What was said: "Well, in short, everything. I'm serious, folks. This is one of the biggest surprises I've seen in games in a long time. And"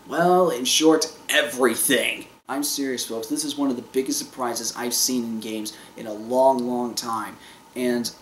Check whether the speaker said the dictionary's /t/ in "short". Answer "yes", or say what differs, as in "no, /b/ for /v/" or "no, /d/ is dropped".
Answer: yes